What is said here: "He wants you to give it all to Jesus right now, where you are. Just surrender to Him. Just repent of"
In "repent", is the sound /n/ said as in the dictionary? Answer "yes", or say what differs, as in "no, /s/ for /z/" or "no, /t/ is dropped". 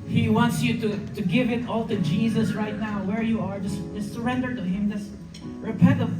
no, /n/ is dropped